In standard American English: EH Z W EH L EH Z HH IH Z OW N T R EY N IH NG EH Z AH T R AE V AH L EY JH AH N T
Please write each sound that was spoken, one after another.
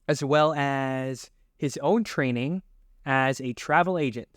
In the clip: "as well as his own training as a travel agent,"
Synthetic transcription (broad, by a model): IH Z W EH L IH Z HH IH Z OW N T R EY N IH NG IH Z AH T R AE V L EY JH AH N T